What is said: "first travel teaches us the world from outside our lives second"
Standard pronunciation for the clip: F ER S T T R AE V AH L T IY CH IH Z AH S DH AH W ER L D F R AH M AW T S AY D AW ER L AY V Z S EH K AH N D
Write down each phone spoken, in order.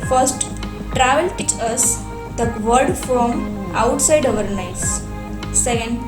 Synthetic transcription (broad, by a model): F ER S T T R AE V AH L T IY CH AH S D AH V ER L D F R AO M AW T S AY D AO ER N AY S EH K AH N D